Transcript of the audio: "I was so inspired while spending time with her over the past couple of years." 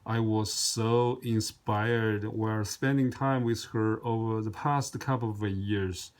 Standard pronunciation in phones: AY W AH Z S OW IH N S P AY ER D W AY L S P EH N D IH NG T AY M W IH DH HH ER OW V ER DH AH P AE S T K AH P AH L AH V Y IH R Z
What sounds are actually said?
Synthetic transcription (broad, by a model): AY W AH Z S OW IH N S P AY ER D W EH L S P EH N D IH NG T AY M W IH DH HH ER OW V ER DH AH P AE S T K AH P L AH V Y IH R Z